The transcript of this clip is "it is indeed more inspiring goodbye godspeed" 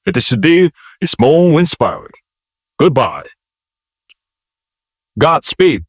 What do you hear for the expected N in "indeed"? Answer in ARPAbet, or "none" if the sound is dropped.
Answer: none